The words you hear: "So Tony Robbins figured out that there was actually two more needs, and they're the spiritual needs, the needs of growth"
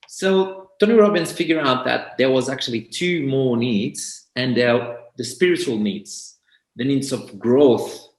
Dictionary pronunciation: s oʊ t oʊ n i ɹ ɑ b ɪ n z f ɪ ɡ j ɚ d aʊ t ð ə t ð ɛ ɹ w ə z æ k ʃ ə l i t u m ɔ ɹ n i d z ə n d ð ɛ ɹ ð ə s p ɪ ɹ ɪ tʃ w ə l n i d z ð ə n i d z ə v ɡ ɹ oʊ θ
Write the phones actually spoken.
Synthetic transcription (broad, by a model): s oʊ t oʊ n i ɹ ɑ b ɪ n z f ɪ ɡ j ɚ aʊ t ð ə t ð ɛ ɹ w ə z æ k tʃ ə l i t u m ɔ ɹ n i d z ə n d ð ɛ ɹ ð ə s p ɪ ɹ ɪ tʃ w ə l n i d z ð ə n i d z ə v ɡ ɹ oʊ θ